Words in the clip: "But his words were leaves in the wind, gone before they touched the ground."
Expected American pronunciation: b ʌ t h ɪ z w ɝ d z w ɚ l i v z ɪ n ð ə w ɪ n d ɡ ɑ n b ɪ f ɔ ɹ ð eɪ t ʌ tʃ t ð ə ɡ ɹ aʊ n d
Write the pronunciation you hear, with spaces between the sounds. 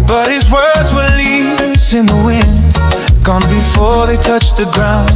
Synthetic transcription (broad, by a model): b ʌ t h ɪ z w ɝ d z w ɚ l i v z ɪ n ð ə w ɪ n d ɡ ɑ n b ɪ f ɔ ɹ ð eɪ t ʌ tʃ ð ə ɡ ɹ aʊ n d